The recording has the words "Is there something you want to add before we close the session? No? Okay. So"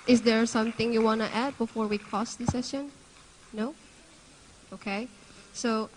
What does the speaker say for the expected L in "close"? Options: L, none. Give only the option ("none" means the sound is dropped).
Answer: none